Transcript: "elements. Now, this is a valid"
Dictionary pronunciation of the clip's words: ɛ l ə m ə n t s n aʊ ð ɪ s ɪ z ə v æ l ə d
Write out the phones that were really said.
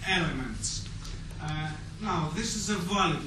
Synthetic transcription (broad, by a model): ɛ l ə m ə n t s n aʊ ð ɪ s ɪ z ə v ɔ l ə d